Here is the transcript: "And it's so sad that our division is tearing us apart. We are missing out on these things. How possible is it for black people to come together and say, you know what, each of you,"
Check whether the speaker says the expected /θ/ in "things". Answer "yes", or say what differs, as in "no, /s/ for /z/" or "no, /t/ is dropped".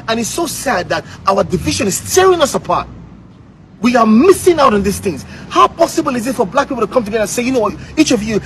yes